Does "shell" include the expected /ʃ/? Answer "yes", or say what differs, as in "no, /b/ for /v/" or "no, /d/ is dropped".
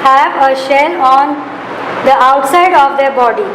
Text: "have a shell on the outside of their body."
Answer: yes